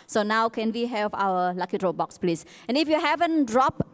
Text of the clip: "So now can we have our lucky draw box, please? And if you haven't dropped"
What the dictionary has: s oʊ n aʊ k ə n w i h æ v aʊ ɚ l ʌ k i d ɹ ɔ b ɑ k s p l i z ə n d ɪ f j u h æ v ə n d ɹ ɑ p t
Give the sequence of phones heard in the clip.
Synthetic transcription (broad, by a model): s oʊ n aʊ k ə n w i h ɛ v aʊ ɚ l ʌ k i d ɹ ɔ b ɑ k s p l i s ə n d ɪ f j u h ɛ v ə n d ɹ ɑ p